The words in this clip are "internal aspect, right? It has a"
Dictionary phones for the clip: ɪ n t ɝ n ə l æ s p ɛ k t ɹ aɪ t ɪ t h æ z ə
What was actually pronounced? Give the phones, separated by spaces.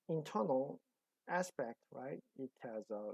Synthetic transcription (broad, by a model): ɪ n t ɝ n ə l æ s p ɛ k t ɹ aɪ t ɪ t h æ z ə